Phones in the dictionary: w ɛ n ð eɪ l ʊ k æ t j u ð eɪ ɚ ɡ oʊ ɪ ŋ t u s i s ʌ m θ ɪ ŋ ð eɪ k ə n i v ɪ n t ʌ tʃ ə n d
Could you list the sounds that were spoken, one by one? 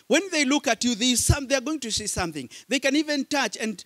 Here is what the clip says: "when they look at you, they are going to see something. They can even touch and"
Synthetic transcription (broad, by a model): w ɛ n ð eɪ l ʊ k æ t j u ð eɪ ɚ ɡ oʊ ɪ ŋ t u s i s ʌ m θ ɪ ŋ ð eɪ k ə n i v ɪ n t ʌ tʃ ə n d